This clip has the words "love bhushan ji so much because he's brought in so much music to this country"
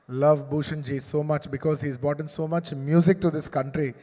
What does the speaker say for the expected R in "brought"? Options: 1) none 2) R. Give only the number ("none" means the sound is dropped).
1